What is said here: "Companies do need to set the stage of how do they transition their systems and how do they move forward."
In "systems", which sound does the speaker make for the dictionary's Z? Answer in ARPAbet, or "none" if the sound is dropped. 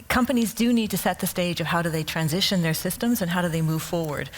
Z